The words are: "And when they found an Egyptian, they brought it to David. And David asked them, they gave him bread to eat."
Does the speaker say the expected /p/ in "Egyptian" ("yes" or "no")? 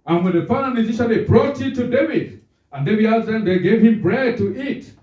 no